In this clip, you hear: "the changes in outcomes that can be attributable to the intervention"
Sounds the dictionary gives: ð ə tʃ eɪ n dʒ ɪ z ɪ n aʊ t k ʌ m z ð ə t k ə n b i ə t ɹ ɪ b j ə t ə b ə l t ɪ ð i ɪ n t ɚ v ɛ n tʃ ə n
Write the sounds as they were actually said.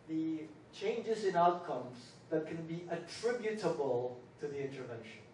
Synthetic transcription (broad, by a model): ð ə tʃ eɪ n dʒ ɪ z ɪ n aʊ t k ʌ m z ð ə t k ə n b i ə t ɹ ɪ b j ə t ə b ə l t ɪ ð i ɪ n t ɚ v ɛ n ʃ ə n